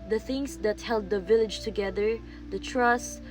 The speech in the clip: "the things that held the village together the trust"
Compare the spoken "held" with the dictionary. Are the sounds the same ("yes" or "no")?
yes